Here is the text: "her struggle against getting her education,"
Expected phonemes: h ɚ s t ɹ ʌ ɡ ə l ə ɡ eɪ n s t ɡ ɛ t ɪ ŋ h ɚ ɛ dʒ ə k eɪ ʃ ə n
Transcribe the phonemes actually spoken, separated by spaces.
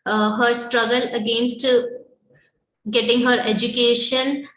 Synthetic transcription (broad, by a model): h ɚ s t ɹ ʌ ɡ ə l ə ɡ eɪ n s t ɡ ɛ t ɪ ŋ h ɚ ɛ dʒ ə k eɪ ʃ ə n